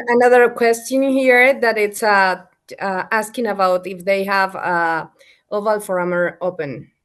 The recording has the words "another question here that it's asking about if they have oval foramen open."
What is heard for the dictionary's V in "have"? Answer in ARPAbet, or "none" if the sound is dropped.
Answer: V